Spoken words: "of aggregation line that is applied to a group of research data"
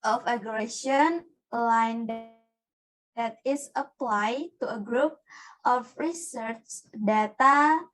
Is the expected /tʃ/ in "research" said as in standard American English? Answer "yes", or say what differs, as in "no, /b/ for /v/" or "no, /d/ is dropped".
yes